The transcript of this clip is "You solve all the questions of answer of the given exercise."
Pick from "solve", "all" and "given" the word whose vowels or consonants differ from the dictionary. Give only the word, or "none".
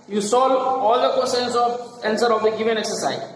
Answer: solve